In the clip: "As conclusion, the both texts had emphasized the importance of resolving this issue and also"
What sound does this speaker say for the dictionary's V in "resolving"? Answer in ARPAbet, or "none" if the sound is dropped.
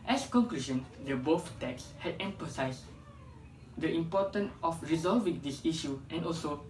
V